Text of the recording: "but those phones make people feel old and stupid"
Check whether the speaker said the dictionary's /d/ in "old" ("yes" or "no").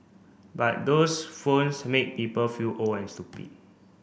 no